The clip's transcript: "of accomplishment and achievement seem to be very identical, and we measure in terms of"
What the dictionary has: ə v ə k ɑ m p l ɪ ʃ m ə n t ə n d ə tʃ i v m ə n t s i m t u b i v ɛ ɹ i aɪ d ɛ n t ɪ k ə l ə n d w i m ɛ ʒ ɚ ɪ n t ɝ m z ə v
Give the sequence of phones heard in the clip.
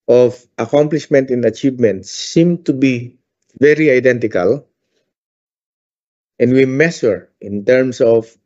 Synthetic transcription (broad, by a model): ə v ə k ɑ m p l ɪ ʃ m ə n t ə n ə tʃ i v m ə n t s i m t u b i v ɛ ɹ i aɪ d ɛ n t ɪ k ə l ə n d w i m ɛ s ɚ ɪ n t ɝ m s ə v